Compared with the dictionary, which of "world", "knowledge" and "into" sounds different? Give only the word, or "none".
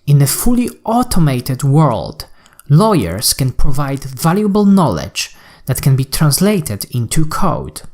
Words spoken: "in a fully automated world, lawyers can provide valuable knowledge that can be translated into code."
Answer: none